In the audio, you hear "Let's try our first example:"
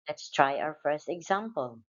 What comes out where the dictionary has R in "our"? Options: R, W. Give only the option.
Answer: W